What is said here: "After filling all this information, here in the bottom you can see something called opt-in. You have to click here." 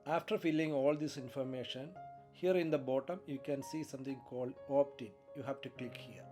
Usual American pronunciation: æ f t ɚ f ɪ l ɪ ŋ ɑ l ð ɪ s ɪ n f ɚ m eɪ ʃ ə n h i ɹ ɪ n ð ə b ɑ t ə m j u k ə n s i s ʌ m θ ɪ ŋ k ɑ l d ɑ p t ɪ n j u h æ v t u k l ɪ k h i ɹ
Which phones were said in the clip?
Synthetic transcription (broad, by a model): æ f t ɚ f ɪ l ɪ ŋ ɑ l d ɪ s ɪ n f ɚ m eɪ ʃ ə n h i ɹ ɪ n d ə b ɑ t ə m j u k ə n s i s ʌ m t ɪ ŋ k ɑ l d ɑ p t ɪ n j u h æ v t u k l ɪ k h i ɹ